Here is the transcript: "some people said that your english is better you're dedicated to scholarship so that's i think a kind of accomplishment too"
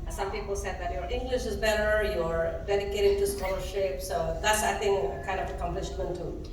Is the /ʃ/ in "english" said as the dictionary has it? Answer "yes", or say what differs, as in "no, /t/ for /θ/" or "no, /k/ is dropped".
yes